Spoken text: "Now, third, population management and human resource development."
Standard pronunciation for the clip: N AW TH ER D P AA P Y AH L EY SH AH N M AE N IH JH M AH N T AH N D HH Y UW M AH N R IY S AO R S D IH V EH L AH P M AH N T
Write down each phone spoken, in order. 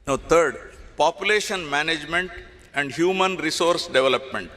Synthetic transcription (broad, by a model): N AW T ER D P AA P Y AH L EY SH AH N M AE N IH JH M AH N T AH N D HH Y UW M AH N R IY S AO R S D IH V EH L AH P M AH N T